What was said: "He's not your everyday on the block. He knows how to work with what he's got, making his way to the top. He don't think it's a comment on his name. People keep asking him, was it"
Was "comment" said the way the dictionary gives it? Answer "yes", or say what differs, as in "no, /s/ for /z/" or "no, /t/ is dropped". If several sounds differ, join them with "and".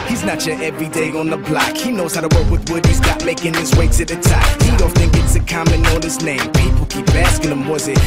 no, /t/ is dropped